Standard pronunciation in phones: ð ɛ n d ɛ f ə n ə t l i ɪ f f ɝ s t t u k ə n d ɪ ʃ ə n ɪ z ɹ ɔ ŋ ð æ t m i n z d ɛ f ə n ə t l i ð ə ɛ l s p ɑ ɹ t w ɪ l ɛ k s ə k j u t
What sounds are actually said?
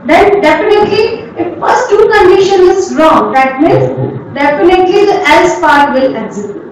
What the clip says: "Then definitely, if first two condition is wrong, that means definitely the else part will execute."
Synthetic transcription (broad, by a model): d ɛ n d ɛ f ə n ə t l i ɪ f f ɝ s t t u k ə n d ɪ ʃ ə n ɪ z ɹ ɔ ŋ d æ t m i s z d ɛ f ə n ə t l i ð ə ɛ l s p ɑ ɹ t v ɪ l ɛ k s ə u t